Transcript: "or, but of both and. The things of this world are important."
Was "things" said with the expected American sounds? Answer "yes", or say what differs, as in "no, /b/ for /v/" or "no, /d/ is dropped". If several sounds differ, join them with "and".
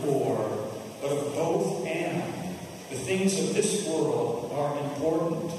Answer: yes